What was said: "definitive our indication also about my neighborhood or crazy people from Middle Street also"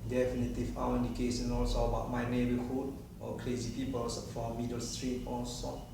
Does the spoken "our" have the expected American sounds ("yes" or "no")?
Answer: no